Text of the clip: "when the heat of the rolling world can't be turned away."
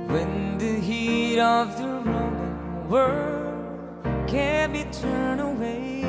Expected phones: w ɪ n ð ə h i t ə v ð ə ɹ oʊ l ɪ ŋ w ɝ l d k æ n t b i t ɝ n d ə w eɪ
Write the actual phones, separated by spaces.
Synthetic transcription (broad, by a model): w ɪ n ð ə h i t ə v ð ə ɹ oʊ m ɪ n w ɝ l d k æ n b i t ɝ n ə w eɪ